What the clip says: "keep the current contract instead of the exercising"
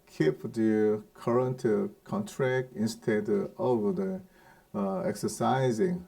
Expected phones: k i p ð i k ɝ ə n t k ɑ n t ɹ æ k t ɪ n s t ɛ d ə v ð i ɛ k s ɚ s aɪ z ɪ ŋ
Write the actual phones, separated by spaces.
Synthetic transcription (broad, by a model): k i p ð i k ɝ ə n t k ɑ n t ɹ æ k t ɪ n s t ɛ d ə v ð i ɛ k s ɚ s aɪ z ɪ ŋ